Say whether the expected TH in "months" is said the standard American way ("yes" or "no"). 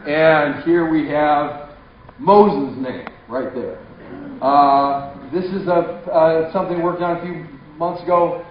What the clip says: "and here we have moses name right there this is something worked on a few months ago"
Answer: yes